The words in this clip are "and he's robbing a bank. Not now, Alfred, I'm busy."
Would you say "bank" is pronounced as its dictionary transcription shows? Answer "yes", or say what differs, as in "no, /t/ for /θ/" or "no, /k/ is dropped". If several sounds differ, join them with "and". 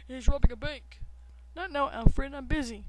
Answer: no, /ŋ/ is dropped